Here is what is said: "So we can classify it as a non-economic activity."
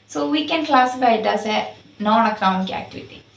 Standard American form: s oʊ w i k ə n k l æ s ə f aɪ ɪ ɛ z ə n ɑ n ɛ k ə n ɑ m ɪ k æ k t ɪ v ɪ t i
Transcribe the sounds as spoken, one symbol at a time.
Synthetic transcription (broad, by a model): s oʊ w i k ə n k l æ s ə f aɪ ɪ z ə n ɑ n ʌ k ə ʊ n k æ k t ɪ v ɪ t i